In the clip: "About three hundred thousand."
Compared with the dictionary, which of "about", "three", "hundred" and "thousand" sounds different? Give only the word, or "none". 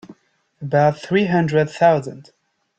none